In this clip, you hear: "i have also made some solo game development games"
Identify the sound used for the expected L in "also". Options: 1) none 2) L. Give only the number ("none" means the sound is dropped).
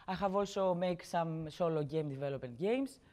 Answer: 1